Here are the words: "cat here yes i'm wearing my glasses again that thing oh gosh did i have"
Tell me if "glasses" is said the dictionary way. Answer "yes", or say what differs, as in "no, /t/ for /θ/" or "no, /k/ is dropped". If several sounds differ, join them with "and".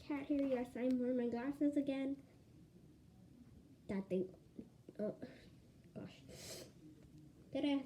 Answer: yes